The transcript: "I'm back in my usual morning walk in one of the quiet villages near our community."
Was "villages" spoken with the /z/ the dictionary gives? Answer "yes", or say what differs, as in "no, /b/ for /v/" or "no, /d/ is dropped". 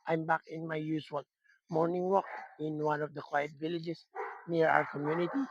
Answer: no, /s/ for /z/